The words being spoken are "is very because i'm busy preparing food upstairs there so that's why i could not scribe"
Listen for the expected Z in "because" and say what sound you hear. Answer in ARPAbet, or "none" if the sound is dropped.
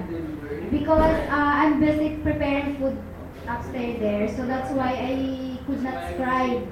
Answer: none